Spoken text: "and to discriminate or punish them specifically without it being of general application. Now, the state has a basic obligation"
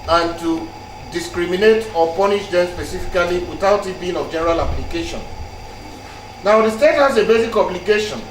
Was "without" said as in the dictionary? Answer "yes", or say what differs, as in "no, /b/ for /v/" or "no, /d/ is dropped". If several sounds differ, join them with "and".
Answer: yes